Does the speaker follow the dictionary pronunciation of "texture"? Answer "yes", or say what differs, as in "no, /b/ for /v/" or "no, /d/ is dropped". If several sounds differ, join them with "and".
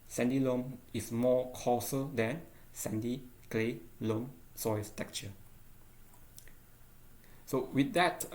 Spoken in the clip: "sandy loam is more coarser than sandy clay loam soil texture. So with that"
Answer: no, /s/ is dropped